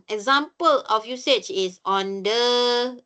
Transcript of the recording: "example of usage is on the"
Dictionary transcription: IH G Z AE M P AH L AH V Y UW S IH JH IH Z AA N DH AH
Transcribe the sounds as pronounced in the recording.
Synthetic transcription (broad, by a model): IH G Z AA M P AH L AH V Y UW S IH CH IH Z AA N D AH